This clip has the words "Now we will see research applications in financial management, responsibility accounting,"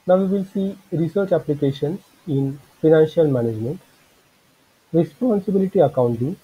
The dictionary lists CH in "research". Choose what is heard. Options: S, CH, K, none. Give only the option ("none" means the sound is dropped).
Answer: CH